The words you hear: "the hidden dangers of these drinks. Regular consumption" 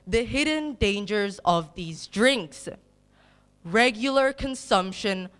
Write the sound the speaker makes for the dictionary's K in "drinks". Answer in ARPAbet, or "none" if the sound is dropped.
K